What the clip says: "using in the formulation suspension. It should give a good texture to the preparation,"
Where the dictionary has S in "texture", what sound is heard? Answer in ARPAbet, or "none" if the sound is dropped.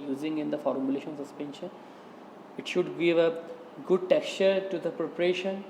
S